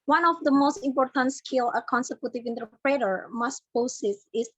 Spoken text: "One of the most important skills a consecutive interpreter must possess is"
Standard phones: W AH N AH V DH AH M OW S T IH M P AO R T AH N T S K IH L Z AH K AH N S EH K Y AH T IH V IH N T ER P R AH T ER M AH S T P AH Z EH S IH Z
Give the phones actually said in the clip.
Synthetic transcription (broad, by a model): W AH N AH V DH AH M OW S T IH M P AO R T AH N T S K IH L AH K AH N S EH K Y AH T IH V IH N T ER P R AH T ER M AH S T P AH S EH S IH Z